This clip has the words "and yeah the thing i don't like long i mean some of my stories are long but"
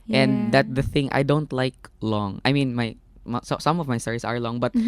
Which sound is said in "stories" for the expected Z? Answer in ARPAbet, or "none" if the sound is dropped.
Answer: S